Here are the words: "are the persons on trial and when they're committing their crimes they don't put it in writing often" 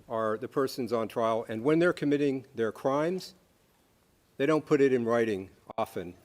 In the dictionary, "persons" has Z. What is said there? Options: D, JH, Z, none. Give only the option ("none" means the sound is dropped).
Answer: Z